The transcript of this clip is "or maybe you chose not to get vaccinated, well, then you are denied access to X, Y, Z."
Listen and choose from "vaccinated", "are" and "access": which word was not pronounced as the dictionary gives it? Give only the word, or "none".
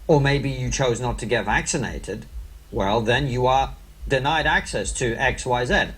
none